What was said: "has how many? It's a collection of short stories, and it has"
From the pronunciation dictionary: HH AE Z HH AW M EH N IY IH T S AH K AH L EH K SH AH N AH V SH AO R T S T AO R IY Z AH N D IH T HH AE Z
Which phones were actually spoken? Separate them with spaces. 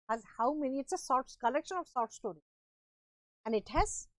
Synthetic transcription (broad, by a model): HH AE Z HH AW M EH N IY IH T S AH K AH L EH K SH AH N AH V S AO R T S T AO R IY AH N D IH T HH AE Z